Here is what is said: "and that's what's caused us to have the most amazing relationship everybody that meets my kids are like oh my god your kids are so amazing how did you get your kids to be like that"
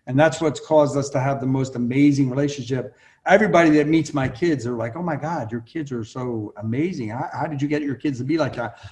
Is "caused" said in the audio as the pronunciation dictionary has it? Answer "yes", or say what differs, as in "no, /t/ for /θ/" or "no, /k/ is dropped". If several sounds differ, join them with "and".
yes